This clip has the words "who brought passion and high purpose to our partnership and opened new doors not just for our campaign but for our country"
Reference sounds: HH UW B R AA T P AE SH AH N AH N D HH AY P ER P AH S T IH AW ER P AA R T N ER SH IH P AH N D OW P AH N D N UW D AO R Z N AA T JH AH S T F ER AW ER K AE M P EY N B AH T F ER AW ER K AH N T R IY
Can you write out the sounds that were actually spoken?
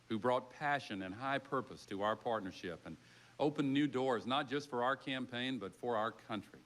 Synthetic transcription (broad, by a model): HH UW B R AA T P AE SH AH N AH N HH AY P ER P AH S T IH AW ER P AA R T N ER SH IH P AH N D OW P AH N N UW D AO R Z N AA T JH AH S T F ER AW ER K AE M P EY N B AH T F ER AW ER K AH N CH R IY